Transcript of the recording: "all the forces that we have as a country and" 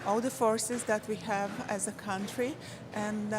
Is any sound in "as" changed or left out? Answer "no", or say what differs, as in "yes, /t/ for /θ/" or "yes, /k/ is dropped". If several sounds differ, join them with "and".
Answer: no